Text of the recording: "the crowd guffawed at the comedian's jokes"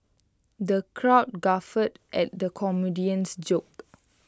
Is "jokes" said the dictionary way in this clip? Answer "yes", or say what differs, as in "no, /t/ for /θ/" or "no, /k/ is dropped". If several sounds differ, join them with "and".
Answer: no, /s/ is dropped